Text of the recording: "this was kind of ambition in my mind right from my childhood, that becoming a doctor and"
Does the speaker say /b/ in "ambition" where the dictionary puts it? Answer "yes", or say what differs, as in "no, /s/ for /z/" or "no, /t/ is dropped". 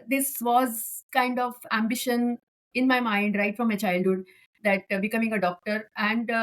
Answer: yes